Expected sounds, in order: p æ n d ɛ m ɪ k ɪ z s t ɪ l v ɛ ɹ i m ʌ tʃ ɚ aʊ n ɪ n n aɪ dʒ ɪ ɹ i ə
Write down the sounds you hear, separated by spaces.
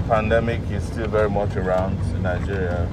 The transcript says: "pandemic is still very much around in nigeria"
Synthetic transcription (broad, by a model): p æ n d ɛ m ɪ k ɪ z s t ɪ l v ɛ ɹ i m ʌ tʃ ɚ aʊ n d n aɪ dʒ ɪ ɹ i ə